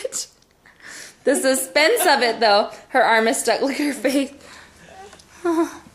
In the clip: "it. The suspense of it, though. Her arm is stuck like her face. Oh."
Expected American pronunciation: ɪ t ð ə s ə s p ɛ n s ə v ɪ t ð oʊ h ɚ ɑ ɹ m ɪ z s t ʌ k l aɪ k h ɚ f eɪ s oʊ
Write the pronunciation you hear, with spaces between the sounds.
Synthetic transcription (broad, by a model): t ð ə s ə s p ɛ n s ə v ɪ t ð oʊ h ɚ ɑ ɹ m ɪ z s t ʌ k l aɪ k h ɚ f eɪ θ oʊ